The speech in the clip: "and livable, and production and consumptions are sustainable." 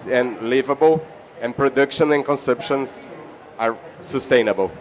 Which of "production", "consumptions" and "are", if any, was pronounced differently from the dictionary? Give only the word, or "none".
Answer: consumptions